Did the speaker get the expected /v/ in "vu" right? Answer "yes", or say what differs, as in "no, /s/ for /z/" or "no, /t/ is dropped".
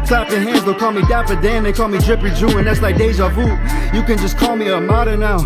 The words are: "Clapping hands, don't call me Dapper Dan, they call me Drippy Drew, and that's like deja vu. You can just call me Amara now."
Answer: no, /f/ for /v/